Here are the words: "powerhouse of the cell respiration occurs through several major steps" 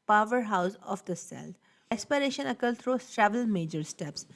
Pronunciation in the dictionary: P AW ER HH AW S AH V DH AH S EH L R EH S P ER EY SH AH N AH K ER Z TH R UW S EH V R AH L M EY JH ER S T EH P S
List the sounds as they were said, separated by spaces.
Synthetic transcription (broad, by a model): P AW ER HH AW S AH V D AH S EH L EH S P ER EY SH AH N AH K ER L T R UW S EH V AH L M EY JH ER S T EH P S